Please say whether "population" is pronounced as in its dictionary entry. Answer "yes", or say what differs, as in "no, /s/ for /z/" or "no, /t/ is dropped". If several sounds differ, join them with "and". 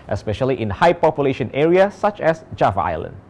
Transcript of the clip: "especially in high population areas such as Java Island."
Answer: yes